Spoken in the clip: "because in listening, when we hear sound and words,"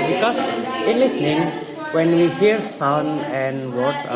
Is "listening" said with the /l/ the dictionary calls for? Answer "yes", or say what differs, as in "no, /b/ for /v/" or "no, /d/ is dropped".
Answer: yes